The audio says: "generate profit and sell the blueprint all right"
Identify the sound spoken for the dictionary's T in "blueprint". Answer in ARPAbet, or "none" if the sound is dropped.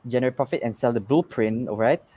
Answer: none